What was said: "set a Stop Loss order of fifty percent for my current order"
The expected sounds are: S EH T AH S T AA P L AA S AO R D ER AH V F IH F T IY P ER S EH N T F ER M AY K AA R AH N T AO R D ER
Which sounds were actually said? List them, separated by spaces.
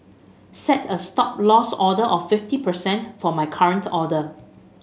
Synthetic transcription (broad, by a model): S EH T AH S T AA P L AA S AO D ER AH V F IH F T IY P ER S EH N T F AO M AY K AA R AH N T AO D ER